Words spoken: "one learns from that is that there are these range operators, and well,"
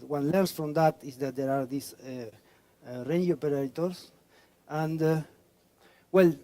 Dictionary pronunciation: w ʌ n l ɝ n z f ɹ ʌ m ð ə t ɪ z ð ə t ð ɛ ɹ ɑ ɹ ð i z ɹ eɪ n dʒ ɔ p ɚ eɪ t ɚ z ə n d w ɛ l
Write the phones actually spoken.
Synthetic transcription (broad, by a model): w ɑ n l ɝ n s f ɹ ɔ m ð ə t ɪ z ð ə t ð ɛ ɹ ɑ ɹ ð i s ɹ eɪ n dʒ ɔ p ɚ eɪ t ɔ s ə n d w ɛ l